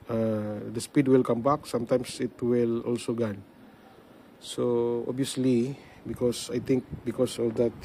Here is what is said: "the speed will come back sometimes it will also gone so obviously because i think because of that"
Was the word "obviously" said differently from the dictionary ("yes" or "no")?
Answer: yes